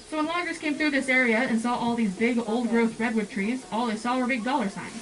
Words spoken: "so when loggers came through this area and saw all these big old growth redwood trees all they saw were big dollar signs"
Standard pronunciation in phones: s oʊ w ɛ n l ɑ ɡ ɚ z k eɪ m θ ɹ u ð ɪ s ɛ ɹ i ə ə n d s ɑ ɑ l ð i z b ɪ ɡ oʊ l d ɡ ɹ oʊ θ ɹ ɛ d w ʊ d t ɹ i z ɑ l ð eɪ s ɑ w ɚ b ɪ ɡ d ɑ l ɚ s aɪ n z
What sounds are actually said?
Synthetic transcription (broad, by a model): s oʊ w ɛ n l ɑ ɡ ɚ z k eɪ m θ ɹ u ð ɪ s ɛ ɹ i ə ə n s ɑ ɑ l ð i z b ɪ ɡ oʊ l d ɡ ɹ oʊ θ ɹ ɛ d w ʊ d t ɹ i z ɑ l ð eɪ s ɑ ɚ b ɪ ɡ d ɑ l ɚ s aɪ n